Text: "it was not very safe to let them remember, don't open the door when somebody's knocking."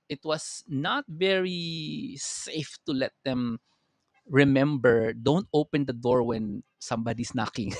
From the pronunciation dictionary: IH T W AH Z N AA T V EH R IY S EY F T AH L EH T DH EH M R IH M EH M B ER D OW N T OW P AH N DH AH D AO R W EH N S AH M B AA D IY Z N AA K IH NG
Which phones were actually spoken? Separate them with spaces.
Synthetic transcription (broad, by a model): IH T W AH S N AA T V EH R IY S EY F T AH L EH T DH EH M R IH M EH M B ER D OW N T OW P AH N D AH D AO R W EH N S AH M B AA D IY S N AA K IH NG